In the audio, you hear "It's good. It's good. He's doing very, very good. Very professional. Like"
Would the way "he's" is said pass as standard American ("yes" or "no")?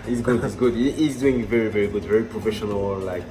yes